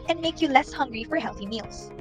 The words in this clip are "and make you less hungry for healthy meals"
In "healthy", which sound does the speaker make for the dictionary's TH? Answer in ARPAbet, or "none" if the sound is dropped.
TH